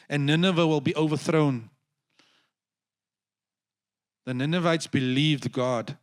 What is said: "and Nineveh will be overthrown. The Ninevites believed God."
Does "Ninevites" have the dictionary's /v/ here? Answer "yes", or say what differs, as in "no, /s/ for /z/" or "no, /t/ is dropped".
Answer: yes